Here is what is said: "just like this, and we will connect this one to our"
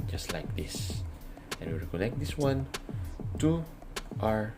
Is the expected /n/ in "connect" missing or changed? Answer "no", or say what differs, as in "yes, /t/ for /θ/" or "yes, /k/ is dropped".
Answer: yes, /l/ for /n/